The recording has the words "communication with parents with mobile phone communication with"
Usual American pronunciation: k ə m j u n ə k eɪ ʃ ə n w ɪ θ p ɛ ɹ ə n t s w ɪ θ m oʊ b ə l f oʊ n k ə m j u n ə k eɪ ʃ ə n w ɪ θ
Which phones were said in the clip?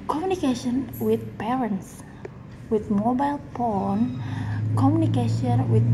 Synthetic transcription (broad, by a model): k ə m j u n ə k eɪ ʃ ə n w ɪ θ p ɛ ɹ ə n t s w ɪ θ m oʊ b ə l p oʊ n k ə m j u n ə k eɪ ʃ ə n w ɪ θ